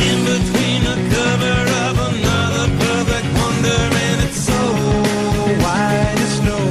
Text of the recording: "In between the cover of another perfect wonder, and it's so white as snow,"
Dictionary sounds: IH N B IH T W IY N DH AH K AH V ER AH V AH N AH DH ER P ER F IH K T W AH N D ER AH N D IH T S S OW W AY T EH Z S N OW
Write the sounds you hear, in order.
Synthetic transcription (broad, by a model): IH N B IH T W IY N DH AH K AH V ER AH V AH N AH DH ER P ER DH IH T W AH N D ER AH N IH T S S OW W AY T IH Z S N OW